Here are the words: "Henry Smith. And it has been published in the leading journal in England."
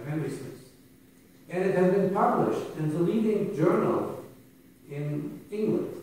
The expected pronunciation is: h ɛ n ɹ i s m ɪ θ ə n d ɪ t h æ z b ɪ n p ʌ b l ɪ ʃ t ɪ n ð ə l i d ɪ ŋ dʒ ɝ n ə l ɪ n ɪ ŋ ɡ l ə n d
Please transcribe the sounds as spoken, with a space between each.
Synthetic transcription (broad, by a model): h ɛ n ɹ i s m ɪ s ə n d ɪ t h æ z b ɪ n p ʌ b l ɪ ʃ t ɪ n ð ə l i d ɪ ŋ dʒ ɝ n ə l ɪ n ɪ ŋ ɡ l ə n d